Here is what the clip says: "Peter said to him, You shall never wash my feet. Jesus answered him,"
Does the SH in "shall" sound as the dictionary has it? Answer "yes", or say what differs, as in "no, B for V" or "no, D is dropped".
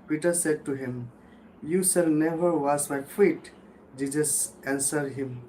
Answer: no, S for SH